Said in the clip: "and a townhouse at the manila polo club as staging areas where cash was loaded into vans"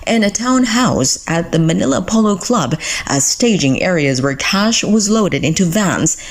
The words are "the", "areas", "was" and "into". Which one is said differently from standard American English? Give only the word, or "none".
none